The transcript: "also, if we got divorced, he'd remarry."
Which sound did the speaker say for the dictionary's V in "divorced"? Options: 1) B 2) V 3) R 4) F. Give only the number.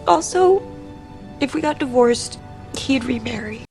2